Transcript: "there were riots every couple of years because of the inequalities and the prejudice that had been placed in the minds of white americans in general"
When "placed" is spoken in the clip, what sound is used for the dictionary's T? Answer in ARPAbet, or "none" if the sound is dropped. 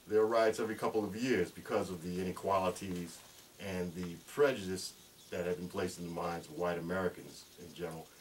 T